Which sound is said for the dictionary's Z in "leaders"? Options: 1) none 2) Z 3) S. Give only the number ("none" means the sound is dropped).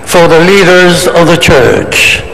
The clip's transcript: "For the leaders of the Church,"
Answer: 2